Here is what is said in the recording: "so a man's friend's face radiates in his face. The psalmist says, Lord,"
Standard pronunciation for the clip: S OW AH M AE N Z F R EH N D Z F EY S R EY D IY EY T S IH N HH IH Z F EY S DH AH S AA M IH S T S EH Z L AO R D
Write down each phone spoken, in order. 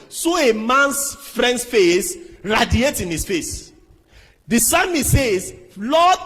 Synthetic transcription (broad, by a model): S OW AH M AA N S F R EH N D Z F EY S R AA D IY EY T IH N HH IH S F EY S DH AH S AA M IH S S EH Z L AO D